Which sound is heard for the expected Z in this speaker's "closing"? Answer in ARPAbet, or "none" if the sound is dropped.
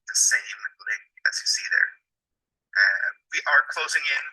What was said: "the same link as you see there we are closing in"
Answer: Z